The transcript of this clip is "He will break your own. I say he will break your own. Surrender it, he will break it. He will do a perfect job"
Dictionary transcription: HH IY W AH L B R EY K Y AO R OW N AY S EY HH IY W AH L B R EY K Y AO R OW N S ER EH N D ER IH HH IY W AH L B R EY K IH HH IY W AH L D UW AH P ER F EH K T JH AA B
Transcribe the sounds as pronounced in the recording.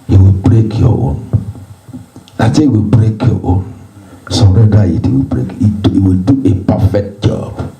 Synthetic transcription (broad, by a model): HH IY W AH L B R EY K Y AO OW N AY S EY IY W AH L B R EY K Y AO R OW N S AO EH D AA IH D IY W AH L B R EY K IH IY W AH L D UW AH P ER F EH K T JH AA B